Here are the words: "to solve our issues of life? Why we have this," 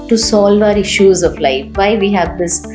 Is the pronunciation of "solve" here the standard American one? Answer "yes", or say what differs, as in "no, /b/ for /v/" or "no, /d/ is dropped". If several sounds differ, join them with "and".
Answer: yes